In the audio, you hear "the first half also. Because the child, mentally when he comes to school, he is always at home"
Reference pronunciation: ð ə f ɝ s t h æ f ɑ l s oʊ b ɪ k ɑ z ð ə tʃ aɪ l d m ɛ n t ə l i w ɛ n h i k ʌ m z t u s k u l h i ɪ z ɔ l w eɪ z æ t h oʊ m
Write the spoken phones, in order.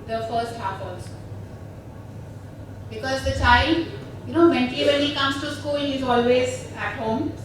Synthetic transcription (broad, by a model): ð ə f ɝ s t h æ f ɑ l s b ɪ k ɑ z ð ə tʃ aɪ l d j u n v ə n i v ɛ n h i k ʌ m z t u s k u l h i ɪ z ɔ l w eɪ z æ t h oʊ m